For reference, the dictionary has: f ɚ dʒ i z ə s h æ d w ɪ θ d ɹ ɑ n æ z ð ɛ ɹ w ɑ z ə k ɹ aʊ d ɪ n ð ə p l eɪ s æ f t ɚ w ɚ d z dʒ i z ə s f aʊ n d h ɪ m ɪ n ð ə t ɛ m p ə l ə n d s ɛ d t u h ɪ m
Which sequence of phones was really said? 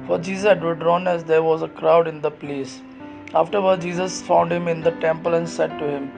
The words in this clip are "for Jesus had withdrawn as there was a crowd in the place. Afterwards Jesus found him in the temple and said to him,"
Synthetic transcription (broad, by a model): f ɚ dʒ i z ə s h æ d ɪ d ɹ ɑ n æ z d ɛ ɹ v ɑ z ə k ɹ aʊ d ɪ n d ə p l eɪ s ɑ f t ɚ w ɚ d dʒ i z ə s f aʊ n d h ɪ m ɪ n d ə t ɛ m p ə l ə n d s ɛ d t u h ɪ m